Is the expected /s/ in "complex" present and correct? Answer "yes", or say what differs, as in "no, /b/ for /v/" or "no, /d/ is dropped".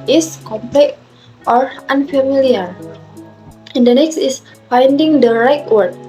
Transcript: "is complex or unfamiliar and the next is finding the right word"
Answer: no, /s/ is dropped